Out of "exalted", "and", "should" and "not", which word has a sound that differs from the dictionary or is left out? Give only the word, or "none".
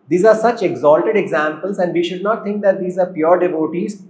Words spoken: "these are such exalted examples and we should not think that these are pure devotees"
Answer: none